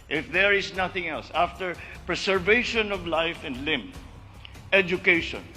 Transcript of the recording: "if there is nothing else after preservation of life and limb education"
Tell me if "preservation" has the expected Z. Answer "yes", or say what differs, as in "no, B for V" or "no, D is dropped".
no, S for Z